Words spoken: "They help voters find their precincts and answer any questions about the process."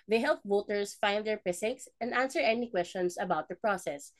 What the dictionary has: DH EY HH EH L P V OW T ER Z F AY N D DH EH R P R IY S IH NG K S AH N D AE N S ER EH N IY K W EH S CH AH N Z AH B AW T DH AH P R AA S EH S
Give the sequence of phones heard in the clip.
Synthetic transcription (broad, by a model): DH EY HH EH L P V OW T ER S F AY N D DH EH R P IH S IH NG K S AH N D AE N S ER EH N IY K W EH S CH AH N S AH B AW T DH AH P R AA S EH S